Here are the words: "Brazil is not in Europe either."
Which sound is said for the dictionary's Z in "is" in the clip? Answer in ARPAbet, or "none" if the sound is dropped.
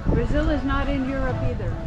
Z